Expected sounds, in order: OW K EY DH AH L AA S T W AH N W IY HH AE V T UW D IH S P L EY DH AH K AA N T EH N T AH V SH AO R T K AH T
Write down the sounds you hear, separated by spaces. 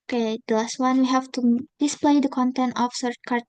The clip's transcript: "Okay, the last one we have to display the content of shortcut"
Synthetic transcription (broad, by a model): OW K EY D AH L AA S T W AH N W IY HH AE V T UW D IH S P L EY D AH K AA N T EH N T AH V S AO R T K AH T